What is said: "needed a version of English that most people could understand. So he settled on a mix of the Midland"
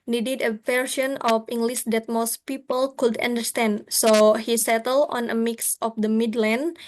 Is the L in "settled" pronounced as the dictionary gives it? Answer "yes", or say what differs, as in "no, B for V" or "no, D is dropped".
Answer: yes